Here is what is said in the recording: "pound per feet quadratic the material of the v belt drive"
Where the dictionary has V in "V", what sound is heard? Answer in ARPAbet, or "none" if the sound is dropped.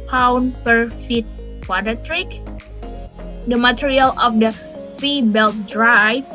F